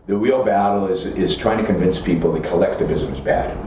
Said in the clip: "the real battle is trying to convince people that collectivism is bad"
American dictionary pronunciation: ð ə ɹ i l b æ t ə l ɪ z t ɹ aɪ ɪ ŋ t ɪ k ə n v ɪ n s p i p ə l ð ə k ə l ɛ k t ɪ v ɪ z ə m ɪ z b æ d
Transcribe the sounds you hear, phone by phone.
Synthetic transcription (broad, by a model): ð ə w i l b æ t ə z ɪ z t ɹ aɪ ɪ ŋ t ɪ k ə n v ɪ n s p i p l ð ə k ə l ɛ k t ɪ v ɪ z ə m ɪ z b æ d